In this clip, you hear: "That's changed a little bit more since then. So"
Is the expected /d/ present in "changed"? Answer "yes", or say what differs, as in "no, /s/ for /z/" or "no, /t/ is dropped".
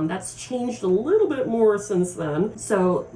yes